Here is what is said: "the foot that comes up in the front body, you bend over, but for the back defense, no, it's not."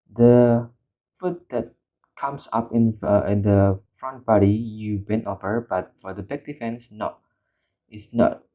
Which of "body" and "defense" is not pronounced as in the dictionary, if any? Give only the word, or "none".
none